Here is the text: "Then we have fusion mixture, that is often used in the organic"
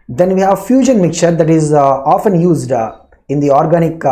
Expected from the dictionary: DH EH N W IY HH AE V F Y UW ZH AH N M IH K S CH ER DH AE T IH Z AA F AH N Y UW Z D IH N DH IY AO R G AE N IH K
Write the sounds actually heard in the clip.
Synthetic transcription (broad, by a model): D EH N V IY HH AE V F Y UW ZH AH N M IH K CH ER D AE T IH Z AA F AH N Y UW Z D IH N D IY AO R G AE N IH K